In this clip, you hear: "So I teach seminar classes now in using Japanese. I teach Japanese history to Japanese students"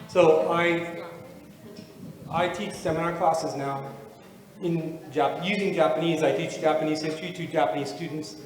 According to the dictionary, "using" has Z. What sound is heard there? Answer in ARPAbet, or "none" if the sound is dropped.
Z